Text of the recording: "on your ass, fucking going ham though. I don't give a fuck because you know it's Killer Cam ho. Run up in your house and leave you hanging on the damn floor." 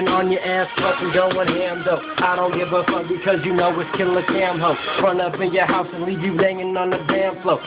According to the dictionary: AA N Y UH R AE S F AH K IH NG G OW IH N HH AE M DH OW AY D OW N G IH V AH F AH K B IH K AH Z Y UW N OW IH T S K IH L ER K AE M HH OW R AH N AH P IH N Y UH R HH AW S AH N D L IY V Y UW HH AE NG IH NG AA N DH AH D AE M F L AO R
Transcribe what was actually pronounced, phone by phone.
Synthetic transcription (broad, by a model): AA N Y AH R AE S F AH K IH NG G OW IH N HH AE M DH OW AY D OW N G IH B AH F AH B IH K AH Z Y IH N OW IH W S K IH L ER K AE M HH OW R AH N AH P IH N Y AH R HH AW S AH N L IY V Y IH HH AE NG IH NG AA N DH AH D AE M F L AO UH